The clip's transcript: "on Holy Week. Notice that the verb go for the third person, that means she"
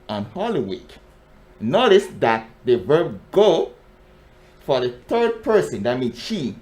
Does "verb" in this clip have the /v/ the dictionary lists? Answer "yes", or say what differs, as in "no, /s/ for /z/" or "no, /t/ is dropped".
yes